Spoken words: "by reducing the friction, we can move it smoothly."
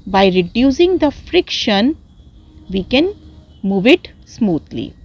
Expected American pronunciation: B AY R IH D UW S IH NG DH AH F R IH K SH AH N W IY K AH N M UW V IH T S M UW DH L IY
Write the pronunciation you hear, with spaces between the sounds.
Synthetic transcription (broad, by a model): B AY R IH D UW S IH NG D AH F R IH K SH AH N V IY K AH N M UW V IH T S M UW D L IY